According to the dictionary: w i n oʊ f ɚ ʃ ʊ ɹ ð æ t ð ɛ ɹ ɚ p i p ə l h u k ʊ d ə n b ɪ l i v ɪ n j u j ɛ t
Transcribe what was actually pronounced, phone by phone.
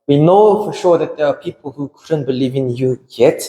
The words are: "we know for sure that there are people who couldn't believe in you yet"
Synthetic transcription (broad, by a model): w i n oʊ f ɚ ʃ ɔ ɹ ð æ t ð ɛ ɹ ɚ p i p ə l h u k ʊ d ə n b ɪ l i v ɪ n j u j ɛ t